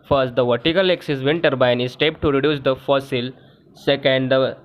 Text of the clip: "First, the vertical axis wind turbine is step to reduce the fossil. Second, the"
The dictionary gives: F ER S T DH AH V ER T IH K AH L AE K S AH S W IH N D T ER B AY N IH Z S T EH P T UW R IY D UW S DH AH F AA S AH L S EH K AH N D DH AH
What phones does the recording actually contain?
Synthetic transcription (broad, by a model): F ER S T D AH V ER T IH K AH L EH K S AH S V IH N T ER B AY N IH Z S T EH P T UW R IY D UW S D AH F AA S AH L S EH K AH N D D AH